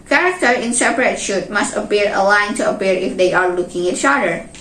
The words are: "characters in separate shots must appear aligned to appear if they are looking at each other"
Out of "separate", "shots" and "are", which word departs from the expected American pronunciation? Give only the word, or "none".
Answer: shots